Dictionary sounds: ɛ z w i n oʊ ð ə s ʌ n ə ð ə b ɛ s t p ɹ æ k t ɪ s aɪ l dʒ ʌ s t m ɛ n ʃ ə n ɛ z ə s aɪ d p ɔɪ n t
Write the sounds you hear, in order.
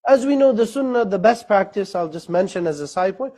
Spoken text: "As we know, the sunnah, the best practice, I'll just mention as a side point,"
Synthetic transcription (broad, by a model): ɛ z w i n oʊ ð ə s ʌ n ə ð ə b ɛ s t p ɹ æ k t ɪ s aɪ l dʒ ʌ s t m ɛ n ʃ ə n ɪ z ə s aɪ d p ɔɪ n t